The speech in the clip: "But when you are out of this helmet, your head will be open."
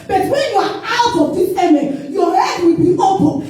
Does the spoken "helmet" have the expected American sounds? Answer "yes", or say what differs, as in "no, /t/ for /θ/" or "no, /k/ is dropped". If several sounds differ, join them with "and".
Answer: no, /l/ is dropped